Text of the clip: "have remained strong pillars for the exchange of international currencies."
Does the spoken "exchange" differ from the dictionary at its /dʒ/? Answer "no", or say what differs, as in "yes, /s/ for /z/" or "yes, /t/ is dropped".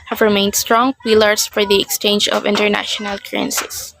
no